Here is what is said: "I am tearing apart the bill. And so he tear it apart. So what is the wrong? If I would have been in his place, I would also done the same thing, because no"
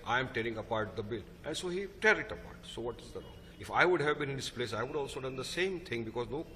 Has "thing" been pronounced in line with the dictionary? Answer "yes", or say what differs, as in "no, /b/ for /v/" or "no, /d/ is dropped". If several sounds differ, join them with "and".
no, /t/ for /θ/